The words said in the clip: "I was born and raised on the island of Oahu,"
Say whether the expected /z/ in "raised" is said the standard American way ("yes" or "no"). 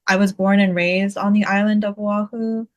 yes